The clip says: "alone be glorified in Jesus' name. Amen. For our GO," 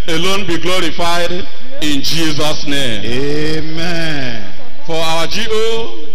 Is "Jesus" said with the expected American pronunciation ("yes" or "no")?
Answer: yes